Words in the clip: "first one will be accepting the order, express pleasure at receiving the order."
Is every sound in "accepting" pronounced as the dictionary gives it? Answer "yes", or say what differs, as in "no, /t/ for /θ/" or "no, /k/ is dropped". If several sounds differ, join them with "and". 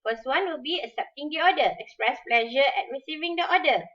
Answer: no, /k/ is dropped